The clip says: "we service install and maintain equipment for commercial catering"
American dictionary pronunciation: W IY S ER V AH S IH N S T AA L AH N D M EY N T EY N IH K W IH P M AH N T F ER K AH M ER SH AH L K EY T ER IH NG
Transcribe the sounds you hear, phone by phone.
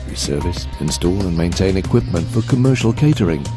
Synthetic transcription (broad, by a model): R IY S ER V AH S IH N S T AA L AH N M EY N T EY N IH K W IH P M AH N T F ER K AH M ER SH AH L K EY T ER IH NG